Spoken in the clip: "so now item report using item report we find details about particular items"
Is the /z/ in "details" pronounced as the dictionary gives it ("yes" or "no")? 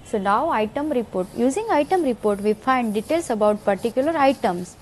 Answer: no